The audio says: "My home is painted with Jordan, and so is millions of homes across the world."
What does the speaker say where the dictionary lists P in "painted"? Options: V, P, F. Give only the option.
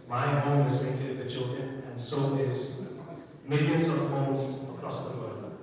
F